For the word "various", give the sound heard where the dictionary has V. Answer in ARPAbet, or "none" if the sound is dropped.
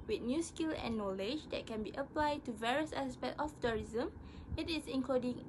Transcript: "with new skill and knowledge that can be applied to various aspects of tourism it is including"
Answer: V